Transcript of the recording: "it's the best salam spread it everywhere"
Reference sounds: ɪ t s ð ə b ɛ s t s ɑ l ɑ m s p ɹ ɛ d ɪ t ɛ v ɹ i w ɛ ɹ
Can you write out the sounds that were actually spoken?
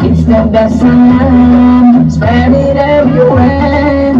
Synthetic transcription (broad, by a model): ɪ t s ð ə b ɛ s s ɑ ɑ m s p ɛ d ɪ t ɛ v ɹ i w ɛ